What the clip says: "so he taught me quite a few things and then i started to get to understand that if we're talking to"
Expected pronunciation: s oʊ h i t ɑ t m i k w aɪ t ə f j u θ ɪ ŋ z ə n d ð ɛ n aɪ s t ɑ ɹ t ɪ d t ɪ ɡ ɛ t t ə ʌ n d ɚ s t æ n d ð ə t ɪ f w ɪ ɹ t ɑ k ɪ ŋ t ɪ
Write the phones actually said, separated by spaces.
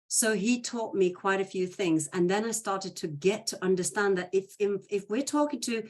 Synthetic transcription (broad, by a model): s oʊ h i t ɑ t m i k w aɪ t ə f j u θ ɪ ŋ z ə n ð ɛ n aɪ s t ɑ ɹ t ɪ d t ɪ ɡ ɛ t t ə ʌ n d ɚ s t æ n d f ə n ɪ f w ɪ ɹ t ɑ k ɪ ŋ t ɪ